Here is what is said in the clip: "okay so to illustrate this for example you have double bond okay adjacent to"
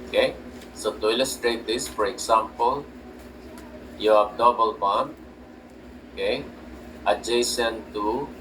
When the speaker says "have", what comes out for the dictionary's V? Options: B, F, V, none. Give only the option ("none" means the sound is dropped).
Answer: B